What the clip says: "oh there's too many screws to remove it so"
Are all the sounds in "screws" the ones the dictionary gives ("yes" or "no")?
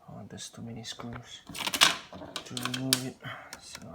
no